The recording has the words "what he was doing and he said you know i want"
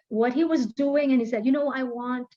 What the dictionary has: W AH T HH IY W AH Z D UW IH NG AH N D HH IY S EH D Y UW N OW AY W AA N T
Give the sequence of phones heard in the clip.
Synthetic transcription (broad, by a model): W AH T HH IY W AH Z D UW IH NG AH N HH IY S EH D Y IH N OW AY W AA N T